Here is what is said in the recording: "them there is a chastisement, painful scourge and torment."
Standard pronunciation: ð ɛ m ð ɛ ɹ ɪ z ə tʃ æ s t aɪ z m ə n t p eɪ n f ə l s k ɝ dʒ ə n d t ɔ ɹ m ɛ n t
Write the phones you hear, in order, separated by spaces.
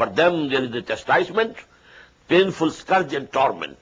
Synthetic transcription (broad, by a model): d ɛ m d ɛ ɹ ɪ z ə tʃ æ s t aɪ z m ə n t p eɪ n f ə l s k ɝ dʒ ə n d t ɔ ɹ m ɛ n t